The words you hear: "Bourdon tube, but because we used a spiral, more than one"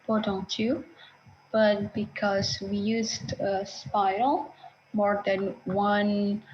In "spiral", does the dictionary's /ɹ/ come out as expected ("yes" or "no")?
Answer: no